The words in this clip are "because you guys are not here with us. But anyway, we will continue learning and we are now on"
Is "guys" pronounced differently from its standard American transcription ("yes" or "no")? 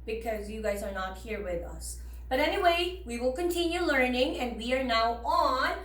no